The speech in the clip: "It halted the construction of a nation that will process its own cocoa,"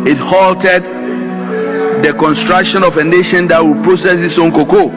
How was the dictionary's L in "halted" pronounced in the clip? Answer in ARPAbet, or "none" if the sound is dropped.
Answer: L